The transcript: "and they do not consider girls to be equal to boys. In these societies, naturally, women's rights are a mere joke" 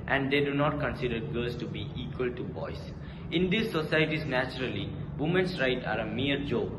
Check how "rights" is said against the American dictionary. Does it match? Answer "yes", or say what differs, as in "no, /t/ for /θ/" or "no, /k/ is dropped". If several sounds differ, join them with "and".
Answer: no, /s/ is dropped